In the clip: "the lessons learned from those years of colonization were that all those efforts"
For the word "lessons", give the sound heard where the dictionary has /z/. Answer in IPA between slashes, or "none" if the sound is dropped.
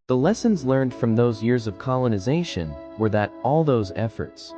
/z/